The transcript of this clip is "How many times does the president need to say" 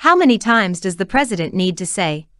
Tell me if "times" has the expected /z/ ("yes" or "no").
yes